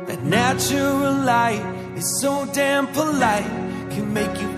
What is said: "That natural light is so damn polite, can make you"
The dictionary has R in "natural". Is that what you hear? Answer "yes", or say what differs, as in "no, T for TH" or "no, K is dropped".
no, R is dropped